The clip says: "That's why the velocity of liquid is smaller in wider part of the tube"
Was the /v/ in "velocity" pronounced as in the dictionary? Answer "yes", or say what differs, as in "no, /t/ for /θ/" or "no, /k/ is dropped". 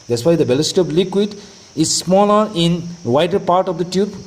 no, /b/ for /v/